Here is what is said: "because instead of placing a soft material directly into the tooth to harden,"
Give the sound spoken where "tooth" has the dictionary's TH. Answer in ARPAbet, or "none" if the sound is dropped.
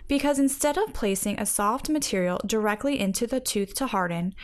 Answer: TH